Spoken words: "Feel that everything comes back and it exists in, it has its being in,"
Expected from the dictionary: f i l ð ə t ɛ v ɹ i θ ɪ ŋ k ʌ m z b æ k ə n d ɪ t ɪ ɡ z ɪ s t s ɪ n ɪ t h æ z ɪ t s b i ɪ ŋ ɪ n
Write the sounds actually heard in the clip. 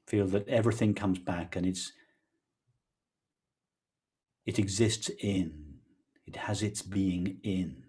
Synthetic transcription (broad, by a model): f i l ð ə t ɛ v ɹ i θ ɪ ŋ k ʌ m z b æ k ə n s ɪ t ɪ ɡ z ɪ s t s ɪ n ɪ t h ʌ z ɪ t s b i ɪ ŋ ɪ n